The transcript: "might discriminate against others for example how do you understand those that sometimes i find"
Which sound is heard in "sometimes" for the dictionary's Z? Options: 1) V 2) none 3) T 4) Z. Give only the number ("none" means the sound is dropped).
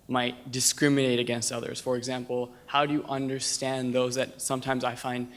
4